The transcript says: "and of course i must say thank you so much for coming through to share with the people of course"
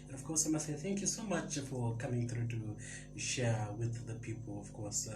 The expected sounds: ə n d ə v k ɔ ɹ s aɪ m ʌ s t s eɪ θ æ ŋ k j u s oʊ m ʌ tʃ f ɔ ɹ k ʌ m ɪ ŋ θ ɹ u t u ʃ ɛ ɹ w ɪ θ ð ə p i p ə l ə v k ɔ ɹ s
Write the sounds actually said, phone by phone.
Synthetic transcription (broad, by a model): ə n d ə v k ɔ ɹ s aɪ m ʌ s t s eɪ θ æ ŋ k j u s oʊ m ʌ tʃ f ɔ ɹ k ʌ m ɪ ŋ θ ɹ u t u ʃ ɛ ɹ w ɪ ð ə p i p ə l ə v k ɔ ɹ s